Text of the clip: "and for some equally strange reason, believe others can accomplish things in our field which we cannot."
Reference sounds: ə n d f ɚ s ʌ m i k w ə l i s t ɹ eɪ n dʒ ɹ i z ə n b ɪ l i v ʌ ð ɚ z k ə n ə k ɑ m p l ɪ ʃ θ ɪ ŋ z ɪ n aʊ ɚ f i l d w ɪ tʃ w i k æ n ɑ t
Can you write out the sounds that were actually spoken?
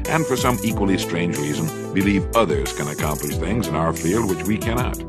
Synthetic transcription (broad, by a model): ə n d f ɚ s ʌ m i k w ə l i s t ɹ eɪ n dʒ ɹ i z ə n b ɪ l i v ʌ ð ɚ z k ə n ə k ɑ m p l ɪ ʃ θ ɪ ŋ z ɪ n aʊ ɚ f i l d w ɪ tʃ w i k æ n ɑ t